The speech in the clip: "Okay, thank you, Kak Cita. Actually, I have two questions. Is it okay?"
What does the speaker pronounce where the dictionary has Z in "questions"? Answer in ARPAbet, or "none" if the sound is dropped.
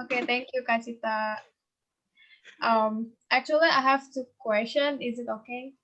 none